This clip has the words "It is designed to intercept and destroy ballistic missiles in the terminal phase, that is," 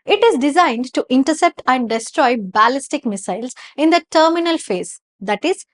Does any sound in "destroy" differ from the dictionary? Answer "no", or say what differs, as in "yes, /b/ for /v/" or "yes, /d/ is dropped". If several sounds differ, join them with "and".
no